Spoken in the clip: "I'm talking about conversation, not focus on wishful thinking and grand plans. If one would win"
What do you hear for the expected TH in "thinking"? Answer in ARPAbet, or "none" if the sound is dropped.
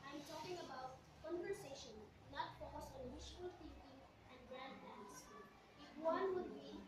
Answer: F